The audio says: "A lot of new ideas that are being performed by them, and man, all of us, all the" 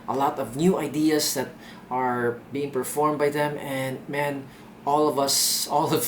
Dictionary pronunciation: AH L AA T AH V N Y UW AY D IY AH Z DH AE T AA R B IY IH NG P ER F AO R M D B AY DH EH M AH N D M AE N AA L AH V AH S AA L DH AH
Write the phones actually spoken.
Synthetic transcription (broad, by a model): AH L AA T AH V N Y UW AY D IY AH S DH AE T AA R B IY IH NG P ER F AO R M B AY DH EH M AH N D M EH N AA L AH V AH S AA L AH